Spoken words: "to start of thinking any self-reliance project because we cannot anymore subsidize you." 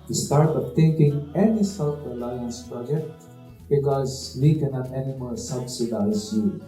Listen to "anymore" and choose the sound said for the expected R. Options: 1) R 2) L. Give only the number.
2